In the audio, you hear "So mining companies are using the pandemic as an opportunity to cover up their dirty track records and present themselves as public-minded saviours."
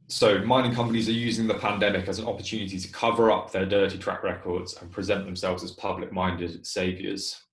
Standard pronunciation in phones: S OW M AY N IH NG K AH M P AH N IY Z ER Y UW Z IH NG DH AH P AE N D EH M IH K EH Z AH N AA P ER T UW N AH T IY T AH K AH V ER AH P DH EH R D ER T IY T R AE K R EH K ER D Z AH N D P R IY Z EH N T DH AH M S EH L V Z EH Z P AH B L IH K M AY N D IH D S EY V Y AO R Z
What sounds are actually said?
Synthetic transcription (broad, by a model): S OW M AY N IH NG K AH M P AH N IY Z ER Y UW Z IH NG DH AH P AE N D EH M IH K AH Z AH N AA P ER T UW N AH T IY T AH K AH V ER AH P DH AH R D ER T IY T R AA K R EH K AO D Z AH N P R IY Z EH N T DH AH M S EH L V Z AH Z P AH B L IH K M AY N D IH D S EY V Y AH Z